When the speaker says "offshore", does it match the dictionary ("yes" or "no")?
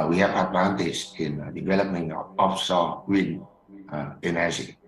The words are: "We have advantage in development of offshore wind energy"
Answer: no